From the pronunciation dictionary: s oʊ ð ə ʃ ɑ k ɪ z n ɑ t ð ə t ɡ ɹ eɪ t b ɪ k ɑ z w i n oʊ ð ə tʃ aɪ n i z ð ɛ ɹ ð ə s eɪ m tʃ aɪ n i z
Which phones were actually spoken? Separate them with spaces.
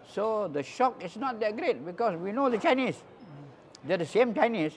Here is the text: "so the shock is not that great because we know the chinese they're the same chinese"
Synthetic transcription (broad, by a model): s oʊ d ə ʃ ɑ k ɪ s n ɑ t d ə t ɡ ɹ eɪ t b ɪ k ɑ s w i n oʊ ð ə tʃ aɪ n i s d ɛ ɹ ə s eɪ m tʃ aɪ n i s